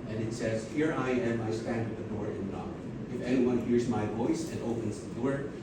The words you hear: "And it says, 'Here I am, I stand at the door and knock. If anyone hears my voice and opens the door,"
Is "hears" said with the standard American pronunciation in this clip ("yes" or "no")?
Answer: yes